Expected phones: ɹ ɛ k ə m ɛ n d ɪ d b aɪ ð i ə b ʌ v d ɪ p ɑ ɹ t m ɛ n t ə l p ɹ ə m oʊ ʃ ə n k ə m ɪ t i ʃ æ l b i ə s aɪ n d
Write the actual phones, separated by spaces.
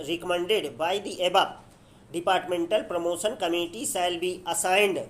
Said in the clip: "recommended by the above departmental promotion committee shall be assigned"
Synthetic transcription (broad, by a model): ɹ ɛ k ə m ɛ n d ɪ d b aɪ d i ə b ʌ p d ɪ p ɑ ɹ t m ɛ n t ə l p ɹ ə m oʊ ʃ ə n k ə m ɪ t i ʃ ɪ l b i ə s aɪ n d